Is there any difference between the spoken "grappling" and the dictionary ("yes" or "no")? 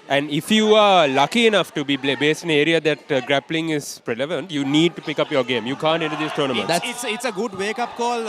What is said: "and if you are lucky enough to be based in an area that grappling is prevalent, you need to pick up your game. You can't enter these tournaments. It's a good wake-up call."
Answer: no